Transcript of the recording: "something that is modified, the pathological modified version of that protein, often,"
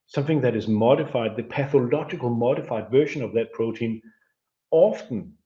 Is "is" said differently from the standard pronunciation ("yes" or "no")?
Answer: no